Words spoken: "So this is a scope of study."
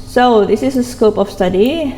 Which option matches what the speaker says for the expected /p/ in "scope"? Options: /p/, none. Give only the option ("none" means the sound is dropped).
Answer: /p/